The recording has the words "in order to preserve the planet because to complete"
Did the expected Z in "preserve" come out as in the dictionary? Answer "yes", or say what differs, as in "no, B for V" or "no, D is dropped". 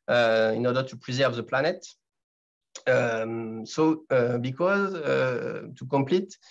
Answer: yes